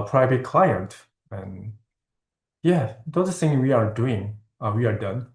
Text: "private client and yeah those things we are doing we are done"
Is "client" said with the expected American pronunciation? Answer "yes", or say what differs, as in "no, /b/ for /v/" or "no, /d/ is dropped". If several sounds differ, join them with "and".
yes